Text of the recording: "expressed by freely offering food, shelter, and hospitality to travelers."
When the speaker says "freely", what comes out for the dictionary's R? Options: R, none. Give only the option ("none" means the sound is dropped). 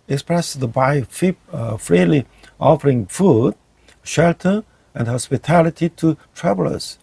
R